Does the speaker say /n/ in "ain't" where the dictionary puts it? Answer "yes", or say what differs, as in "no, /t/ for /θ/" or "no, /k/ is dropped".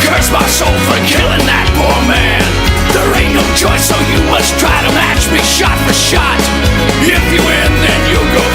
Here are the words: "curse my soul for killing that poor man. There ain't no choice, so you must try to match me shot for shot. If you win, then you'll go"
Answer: no, /n/ is dropped